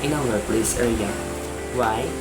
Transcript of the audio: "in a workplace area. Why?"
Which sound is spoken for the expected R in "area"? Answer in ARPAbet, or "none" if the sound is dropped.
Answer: L